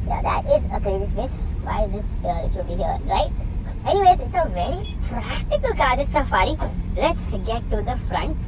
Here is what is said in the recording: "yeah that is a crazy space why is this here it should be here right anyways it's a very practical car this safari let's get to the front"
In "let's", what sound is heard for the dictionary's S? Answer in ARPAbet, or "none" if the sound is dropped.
S